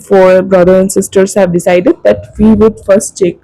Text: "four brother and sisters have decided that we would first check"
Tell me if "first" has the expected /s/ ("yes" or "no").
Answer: yes